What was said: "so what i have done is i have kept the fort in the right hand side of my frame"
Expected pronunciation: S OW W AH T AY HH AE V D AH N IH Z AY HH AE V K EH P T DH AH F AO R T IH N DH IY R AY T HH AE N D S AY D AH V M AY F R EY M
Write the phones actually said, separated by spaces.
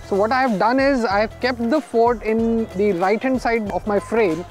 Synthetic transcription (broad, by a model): S OW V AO T AY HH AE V D AH N IH Z AY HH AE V K EH P T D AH F AO R T IH N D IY R AY T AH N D S AY D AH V M AY F R EY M